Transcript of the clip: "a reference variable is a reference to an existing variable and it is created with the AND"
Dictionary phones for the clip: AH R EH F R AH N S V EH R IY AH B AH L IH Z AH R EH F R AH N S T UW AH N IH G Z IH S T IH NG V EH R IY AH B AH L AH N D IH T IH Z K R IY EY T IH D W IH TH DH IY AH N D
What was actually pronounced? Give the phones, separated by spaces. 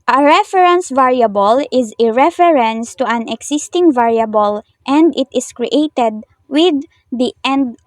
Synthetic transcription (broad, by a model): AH R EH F R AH N S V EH R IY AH B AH L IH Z AH R EH F R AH N S T UW AH N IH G S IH S T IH NG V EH R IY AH B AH L AH N D IH T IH S K R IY EY T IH D W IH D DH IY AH N D